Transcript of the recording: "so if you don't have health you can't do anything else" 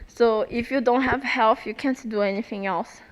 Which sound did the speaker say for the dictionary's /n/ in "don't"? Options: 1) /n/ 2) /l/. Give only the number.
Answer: 1